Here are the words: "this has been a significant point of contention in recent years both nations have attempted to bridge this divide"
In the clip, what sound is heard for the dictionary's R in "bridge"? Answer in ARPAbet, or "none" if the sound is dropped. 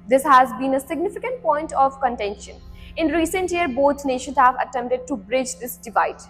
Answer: R